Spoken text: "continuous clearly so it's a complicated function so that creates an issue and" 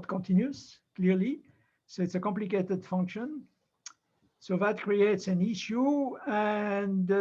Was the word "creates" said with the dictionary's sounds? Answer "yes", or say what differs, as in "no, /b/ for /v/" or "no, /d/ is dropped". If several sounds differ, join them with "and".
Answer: yes